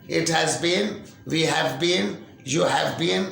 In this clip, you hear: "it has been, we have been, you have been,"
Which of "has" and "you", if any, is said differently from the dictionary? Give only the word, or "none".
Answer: none